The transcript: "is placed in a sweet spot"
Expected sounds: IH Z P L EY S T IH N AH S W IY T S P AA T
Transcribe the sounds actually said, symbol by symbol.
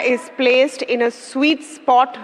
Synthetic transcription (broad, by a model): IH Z P L EY S T IH N AH S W IY T S P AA T